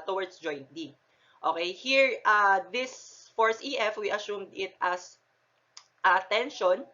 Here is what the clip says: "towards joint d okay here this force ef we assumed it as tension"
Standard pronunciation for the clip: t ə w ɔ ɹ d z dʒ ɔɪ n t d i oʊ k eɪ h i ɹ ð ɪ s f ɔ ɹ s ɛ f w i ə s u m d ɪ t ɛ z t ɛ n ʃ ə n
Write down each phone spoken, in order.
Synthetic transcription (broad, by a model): t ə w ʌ ɹ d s dʒ ɔɪ n t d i oʊ k eɪ h i ɹ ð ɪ s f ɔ ɹ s ɛ f w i ə s u m d ɪ t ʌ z t ɛ n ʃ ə n